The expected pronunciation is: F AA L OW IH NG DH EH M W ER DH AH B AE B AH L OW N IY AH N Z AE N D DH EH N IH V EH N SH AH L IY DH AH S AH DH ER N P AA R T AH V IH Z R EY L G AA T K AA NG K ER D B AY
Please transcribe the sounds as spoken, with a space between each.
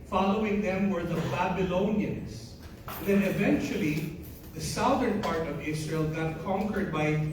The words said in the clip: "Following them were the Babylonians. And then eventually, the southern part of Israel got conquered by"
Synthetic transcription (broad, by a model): F AA L OW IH NG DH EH M W ER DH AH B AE B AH L OW N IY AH N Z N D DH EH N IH V EH N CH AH L IY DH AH S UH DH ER N P AA R T AH V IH S R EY L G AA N K AA NG K ER D B AY